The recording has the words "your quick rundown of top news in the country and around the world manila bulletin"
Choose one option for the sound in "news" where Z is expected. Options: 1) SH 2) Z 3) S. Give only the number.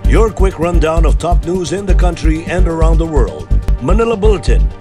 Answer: 2